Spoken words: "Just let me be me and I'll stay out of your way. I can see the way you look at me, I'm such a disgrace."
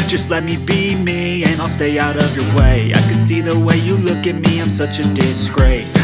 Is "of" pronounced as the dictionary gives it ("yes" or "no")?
yes